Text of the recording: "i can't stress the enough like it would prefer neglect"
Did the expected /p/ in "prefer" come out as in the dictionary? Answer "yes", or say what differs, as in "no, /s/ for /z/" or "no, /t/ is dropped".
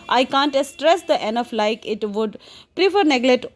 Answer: yes